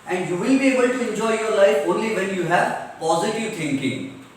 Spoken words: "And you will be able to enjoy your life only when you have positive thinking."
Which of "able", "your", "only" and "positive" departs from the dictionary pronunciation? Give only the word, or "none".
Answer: none